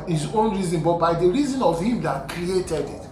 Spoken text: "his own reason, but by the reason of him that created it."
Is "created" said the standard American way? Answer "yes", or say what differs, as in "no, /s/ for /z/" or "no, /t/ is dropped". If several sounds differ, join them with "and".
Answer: yes